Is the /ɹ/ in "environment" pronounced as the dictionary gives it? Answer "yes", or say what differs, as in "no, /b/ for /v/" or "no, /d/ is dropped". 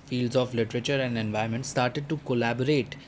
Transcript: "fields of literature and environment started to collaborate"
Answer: no, /ɹ/ is dropped